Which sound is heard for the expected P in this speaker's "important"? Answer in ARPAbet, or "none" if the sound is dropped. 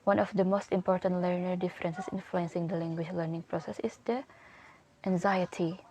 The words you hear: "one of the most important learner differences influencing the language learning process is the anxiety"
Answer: P